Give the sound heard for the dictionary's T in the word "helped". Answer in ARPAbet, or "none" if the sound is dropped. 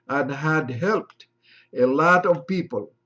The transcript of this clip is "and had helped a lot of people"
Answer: T